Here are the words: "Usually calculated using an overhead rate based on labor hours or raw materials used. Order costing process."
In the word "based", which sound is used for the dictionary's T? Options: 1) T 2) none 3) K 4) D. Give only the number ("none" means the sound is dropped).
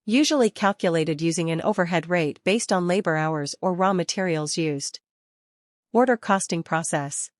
1